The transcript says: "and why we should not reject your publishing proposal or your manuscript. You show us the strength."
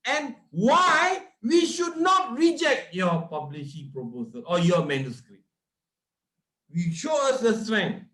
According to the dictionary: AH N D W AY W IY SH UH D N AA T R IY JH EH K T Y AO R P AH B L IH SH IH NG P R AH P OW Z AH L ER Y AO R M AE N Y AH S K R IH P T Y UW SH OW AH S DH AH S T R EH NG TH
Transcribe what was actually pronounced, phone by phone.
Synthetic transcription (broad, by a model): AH N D W AY W IY SH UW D N AA T R IY JH EH K T Y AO P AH B L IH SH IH P R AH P OW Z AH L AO Y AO M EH N Y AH S K R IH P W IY SH OW AH S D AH S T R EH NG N